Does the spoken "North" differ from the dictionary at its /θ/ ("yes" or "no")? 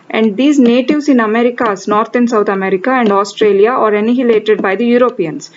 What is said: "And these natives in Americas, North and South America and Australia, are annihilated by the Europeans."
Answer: yes